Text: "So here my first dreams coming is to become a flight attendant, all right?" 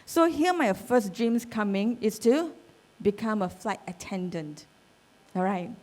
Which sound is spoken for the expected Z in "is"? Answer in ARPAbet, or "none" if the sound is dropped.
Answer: S